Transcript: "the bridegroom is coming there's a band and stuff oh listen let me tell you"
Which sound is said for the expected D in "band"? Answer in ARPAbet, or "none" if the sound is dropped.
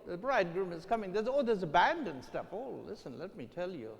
D